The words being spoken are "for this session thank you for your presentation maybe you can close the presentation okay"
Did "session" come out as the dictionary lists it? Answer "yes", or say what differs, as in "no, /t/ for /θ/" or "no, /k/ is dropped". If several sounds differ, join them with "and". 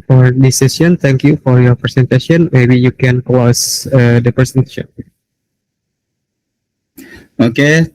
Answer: no, /ʃ/ is dropped